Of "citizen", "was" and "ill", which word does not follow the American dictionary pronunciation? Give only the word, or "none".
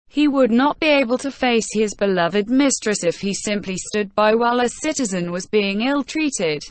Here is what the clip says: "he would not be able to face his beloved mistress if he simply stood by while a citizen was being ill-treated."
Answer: none